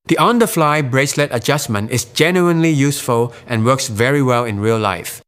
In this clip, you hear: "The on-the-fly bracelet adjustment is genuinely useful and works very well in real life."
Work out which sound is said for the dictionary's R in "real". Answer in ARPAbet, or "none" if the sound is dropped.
R